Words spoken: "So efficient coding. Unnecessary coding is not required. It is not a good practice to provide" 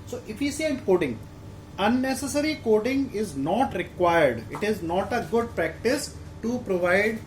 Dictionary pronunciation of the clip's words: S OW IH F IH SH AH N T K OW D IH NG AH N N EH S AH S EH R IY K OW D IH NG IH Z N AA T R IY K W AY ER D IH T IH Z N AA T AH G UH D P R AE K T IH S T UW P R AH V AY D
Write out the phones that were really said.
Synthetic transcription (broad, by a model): S OW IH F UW S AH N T K OW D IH NG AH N N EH S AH S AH R IY K OW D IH NG IH Z N AA T R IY K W AY ER D IH T IH Z N AA T AH G UH D P R AE K T IH S T UW P R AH V AY D